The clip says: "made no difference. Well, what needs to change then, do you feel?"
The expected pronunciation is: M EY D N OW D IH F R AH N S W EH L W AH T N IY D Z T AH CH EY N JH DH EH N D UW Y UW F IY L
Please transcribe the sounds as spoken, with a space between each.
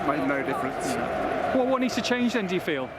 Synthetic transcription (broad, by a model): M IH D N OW D IH F R AH N S W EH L W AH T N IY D T AH CH EY N JH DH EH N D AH Y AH F IY L